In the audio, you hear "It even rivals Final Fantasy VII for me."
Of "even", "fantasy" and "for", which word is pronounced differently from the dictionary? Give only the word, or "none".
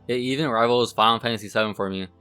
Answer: fantasy